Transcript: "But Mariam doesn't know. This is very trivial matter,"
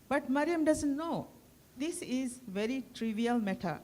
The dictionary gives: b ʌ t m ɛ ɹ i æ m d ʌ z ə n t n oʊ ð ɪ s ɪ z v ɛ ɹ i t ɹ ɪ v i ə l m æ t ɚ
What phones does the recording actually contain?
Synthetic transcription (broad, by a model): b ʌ t m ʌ ɹ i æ m d ʌ z ə n t n oʊ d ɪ s ɪ z v ɛ ɹ i t ɹ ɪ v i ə l m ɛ t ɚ